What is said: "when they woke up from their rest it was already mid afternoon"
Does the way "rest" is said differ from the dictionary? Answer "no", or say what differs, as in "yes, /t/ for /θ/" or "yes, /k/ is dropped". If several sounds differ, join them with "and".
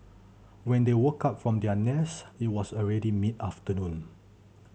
yes, /t/ is dropped